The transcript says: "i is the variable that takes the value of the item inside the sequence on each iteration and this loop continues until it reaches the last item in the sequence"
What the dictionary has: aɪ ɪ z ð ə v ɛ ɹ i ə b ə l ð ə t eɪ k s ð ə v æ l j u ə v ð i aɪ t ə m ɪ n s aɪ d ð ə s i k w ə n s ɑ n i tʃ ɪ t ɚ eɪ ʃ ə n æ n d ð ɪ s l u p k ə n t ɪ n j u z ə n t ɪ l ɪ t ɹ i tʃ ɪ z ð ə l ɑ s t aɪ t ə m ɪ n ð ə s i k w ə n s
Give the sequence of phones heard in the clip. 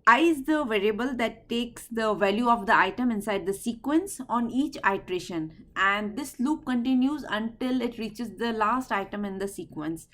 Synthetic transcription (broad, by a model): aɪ ɪ z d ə v ɛ ɹ i ə b ə l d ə t eɪ k s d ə v æ l j u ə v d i aɪ t ə m ɪ n s aɪ d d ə s i k w ə n s ɑ n i tʃ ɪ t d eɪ ʃ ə n æ n d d ɪ s l u p k ə n t ɪ n j u z ə n t ɪ l ɪ t ɹ i tʃ ɪ z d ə l ɑ s t aɪ t ə m ɪ n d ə s i k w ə n s